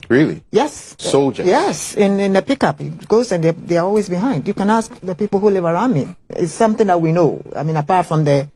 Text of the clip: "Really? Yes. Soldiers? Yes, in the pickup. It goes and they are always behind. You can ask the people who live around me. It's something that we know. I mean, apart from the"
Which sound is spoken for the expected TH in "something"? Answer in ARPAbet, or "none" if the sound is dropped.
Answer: TH